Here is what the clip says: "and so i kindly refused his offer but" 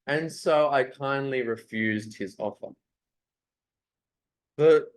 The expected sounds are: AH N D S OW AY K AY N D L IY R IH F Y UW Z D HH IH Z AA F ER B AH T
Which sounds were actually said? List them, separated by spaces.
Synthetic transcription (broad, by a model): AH N S OW AY K AY N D L IY R IH F Y UW Z D HH IH Z AA F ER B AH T